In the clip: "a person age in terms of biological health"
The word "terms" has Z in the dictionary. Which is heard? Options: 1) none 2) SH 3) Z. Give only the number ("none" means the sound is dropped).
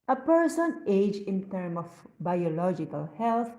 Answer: 1